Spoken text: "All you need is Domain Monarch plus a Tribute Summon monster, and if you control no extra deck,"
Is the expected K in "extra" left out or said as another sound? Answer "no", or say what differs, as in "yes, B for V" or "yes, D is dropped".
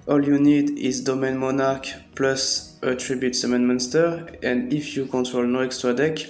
no